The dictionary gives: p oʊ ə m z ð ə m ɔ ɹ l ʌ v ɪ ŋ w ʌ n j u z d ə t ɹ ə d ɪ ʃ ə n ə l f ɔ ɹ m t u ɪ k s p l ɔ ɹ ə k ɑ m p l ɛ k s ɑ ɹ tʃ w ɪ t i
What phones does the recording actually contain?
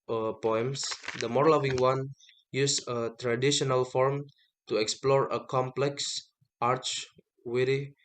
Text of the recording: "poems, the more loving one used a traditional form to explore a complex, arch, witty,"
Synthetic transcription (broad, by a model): p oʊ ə m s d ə m ɔ ɹ l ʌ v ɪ ŋ w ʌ n j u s ə t ɹ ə d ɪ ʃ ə n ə l f ɔ ɹ m t u ɪ k s p l ɔ ɹ ə k ɑ m p l ɛ k s ɑ ɹ tʃ w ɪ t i